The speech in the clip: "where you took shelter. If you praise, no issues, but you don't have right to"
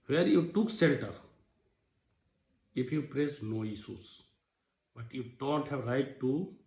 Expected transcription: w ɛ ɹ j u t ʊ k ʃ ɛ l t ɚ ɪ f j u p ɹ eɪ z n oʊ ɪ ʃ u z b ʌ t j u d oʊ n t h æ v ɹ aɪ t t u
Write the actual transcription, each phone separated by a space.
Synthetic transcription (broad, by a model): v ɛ ɹ j u t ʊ k s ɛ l t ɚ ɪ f j u p ɹ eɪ s n oʊ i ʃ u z b ʌ t j u d oʊ n t h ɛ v ɹ aɪ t t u